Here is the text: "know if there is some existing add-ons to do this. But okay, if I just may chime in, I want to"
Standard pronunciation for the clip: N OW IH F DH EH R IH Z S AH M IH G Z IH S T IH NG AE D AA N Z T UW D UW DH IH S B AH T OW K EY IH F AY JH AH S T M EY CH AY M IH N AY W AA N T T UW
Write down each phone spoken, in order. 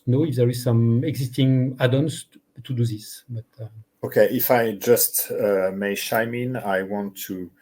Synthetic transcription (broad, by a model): N OW IH F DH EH R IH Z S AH M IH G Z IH S T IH NG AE D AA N S T UW D UW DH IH S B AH T OW K EY IH F AY JH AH S T M EY SH AY M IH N AY W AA N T T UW